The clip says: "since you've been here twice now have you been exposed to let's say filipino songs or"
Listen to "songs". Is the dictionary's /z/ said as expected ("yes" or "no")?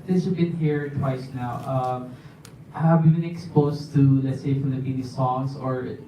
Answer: no